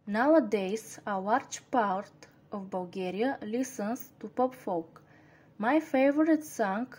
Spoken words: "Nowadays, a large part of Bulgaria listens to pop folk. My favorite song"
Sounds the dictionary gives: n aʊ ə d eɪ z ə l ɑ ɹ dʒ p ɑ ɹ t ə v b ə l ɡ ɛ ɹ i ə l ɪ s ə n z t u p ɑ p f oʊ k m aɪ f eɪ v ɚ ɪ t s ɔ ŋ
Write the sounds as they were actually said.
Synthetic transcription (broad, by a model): n aʊ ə d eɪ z ə w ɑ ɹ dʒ p ɑ ɹ t ə v b ə l ɡ ɛ ɹ i ə l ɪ s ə n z t u p ɑ p f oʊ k m aɪ f eɪ v ɚ ɪ t s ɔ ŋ